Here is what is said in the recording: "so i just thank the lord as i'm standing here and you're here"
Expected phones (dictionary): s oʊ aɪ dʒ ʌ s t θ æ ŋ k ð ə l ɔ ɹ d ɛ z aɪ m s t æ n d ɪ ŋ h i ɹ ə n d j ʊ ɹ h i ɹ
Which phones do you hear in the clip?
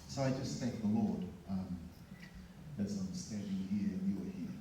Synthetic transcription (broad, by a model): s oʊ aɪ dʒ ʌ s t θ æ k ð ə l ɔ ɹ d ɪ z aɪ m s t æ n d ɪ ŋ h i ɹ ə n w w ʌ ɹ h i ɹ